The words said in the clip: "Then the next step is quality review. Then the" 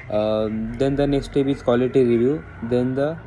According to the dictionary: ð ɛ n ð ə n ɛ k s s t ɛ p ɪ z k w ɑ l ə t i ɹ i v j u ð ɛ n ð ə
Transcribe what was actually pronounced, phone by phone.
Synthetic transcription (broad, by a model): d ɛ n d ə n ɛ k s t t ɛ b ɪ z k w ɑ l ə t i ɹ i v j u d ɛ n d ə